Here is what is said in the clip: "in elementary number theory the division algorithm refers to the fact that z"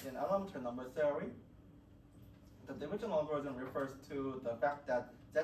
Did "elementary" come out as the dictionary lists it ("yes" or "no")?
no